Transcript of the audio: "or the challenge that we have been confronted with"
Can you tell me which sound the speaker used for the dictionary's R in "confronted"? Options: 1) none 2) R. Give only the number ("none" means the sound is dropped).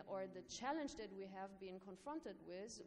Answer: 2